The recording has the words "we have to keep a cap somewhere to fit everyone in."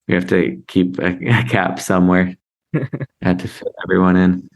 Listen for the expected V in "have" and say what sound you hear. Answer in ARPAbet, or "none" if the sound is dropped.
F